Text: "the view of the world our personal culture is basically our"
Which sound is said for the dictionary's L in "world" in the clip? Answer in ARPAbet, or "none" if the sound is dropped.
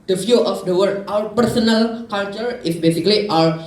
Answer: none